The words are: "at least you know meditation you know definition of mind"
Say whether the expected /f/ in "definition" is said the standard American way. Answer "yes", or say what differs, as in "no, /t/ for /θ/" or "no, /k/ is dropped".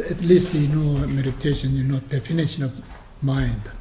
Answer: yes